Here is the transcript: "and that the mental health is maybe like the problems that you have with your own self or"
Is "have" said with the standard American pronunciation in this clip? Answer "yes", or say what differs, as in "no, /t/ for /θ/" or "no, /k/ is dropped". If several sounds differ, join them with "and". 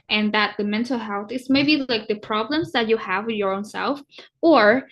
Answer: yes